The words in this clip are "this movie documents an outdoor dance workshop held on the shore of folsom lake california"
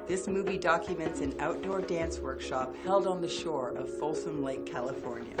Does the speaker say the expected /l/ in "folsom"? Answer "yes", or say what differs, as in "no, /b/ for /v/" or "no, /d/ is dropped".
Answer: yes